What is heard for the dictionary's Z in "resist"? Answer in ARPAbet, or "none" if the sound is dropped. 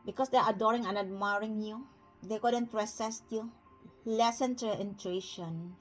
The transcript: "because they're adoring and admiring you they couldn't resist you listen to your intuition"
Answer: S